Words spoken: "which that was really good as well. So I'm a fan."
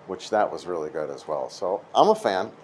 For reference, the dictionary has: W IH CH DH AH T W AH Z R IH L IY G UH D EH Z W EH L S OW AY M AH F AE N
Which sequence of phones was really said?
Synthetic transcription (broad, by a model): W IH CH DH AH T W AH Z R IH L IY G UH D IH Z W EH L S OW AY M AH F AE N